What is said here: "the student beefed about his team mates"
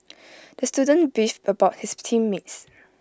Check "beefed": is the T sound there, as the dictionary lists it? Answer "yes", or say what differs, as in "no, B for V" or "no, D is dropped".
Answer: no, T is dropped